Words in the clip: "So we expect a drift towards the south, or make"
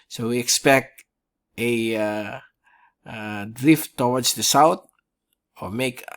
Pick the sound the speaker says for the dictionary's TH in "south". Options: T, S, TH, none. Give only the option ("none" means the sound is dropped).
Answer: T